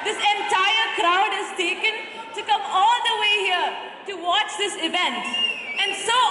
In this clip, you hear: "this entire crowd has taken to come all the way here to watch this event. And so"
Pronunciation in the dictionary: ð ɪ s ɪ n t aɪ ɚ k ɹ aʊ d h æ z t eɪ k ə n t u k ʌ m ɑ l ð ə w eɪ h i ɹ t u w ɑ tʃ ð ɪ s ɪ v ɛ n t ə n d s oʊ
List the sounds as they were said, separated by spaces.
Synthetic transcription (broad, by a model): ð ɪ s ɪ n t aɪ ɚ k ɹ aʊ d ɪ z t eɪ k ə n t u k ʌ m ɑ l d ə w eɪ h i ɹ t u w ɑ tʃ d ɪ s ɪ v ɛ n t ə n d s oʊ